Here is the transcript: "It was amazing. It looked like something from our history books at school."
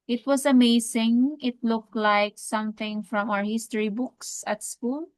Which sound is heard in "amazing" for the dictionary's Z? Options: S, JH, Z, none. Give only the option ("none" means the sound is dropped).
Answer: S